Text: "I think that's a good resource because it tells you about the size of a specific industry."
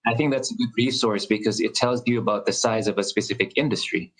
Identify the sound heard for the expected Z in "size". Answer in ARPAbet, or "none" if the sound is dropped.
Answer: Z